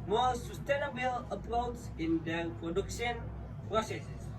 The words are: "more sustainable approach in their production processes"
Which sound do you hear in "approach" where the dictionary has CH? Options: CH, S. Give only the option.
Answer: S